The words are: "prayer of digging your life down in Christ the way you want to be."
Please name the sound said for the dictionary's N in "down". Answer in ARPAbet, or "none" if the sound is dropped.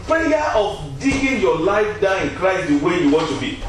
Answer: none